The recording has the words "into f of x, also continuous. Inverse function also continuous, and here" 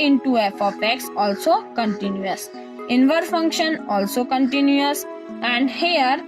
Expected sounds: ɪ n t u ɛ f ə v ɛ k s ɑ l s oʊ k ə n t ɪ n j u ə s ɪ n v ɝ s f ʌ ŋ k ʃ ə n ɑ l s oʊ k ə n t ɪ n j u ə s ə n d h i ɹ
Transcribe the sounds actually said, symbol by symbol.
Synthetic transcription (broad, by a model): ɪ n t u ɛ f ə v ɛ k s ɑ l s oʊ k ə n t ɪ n j u ə s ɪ n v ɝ f ʌ ŋ k ʃ ə n ɑ l s oʊ k ə n t ɪ n j u ə s ə n d h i ɹ